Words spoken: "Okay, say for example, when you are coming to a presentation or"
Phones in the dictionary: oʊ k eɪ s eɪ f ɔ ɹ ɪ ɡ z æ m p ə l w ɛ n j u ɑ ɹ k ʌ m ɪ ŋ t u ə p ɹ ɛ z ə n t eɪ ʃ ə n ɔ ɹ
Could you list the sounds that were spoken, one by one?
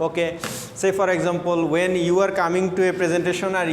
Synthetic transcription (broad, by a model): oʊ k eɪ s eɪ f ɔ ɹ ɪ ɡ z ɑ m p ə l w ɛ n j u ɑ ɹ k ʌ m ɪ ŋ t u ə p ɹ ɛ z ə n t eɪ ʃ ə n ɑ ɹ